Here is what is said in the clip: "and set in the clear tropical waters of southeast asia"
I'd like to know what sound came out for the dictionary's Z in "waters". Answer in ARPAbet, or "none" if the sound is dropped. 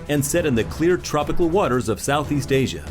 Z